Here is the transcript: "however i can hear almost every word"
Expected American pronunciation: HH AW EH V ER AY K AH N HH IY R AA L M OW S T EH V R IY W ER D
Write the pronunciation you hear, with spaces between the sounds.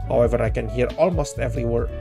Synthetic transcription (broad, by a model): HH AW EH V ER AY K AH N HH IY R AA L M OW S T EH V R IY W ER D